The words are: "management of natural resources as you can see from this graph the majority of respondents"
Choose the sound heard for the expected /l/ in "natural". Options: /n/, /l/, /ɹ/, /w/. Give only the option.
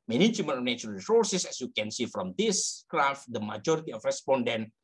/n/